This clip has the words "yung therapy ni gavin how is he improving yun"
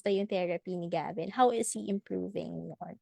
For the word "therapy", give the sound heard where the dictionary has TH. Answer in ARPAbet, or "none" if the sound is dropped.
T